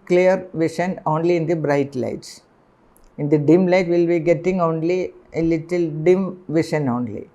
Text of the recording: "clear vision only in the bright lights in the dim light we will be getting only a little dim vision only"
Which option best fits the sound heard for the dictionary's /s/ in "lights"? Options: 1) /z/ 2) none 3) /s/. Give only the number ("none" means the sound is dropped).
3